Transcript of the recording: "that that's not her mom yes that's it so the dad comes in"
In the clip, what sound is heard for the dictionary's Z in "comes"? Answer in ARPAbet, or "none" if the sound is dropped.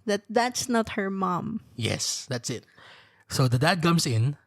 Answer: S